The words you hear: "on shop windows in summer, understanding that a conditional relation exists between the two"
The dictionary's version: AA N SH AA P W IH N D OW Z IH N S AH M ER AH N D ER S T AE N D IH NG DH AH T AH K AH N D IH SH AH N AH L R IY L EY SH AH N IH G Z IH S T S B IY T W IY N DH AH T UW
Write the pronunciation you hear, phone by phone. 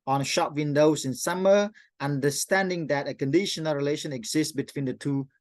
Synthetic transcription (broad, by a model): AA N SH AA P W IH N D OW S IH N S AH M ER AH N D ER S T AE N D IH NG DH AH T AH K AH N D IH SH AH N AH L R IY L EY SH AH N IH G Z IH S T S B IY T W IY N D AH T UW